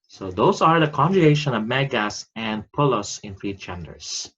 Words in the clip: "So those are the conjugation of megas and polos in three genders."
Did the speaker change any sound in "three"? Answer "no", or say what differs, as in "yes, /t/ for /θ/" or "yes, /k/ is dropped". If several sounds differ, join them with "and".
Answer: yes, /f/ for /θ/